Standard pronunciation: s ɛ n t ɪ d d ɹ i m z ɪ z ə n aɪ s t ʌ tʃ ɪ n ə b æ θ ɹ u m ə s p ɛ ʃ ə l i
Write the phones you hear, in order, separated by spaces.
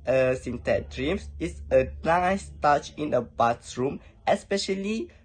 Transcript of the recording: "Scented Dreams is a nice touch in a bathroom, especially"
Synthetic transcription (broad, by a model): s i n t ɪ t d ɹ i m s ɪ s ə n aɪ s t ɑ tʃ ɪ n ə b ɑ s ɹ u m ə s p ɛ ʃ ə l i